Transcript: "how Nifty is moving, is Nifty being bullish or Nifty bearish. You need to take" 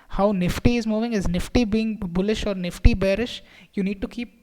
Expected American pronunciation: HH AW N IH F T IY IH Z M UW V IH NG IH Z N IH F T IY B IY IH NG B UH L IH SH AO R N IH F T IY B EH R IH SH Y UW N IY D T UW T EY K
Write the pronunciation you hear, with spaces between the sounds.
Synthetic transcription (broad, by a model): HH AW N IH F T IY IH Z M UW V IH NG IH Z N IH F T IY B IY IH NG B UH L IH SH AO R N IH F T IY B EH R IH SH Y UW N IY D T UW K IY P